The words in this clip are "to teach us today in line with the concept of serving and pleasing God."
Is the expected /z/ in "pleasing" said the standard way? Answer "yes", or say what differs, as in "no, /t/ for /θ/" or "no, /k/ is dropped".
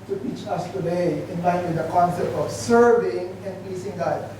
no, /s/ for /z/